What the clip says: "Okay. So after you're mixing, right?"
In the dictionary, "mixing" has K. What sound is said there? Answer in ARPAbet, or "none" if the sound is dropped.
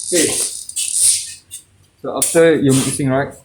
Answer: none